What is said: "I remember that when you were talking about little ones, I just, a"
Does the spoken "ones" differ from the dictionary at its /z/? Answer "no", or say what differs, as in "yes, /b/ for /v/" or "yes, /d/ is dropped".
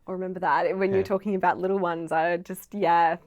no